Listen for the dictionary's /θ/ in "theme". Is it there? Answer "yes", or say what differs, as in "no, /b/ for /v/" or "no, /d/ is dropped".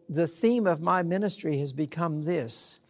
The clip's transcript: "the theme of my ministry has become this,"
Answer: yes